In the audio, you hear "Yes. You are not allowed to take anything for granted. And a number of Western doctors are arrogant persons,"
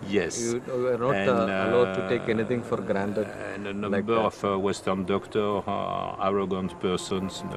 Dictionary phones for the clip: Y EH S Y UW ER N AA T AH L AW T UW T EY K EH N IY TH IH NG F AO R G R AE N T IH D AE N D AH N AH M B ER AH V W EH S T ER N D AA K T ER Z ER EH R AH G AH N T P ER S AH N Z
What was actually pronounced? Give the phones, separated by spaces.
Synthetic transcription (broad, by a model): Y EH S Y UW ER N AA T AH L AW T UW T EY K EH N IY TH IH NG F AO R G R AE N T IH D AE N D AH N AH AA B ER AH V W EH S T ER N D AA K T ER AA R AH G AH N T P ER S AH N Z